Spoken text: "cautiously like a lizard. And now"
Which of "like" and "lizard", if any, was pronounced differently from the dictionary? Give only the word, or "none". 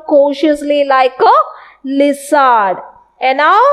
lizard